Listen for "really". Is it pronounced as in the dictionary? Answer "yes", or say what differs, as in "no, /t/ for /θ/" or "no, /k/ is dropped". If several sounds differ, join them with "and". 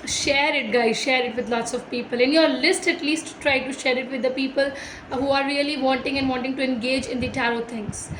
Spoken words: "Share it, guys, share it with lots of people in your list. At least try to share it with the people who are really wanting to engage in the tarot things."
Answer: no, /l/ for /ɹ/